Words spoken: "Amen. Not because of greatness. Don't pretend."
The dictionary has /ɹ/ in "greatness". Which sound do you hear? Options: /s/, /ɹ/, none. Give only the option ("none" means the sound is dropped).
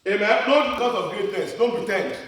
none